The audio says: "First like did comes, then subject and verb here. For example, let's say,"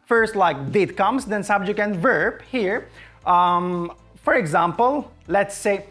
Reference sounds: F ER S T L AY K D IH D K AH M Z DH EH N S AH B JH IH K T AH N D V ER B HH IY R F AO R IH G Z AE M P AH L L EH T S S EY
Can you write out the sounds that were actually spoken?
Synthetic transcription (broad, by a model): F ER S T L AY K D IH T K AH M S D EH N S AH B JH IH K AH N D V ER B HH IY R F AO R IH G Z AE M P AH L L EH T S S EY